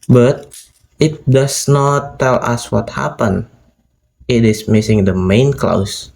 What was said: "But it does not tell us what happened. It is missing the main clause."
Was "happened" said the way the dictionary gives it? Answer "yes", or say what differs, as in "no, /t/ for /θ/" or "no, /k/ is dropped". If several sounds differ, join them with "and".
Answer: no, /d/ is dropped